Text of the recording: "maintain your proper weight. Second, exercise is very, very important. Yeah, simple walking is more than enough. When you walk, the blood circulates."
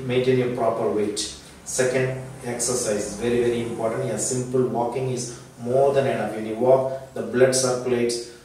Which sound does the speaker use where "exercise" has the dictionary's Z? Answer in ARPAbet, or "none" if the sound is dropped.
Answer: none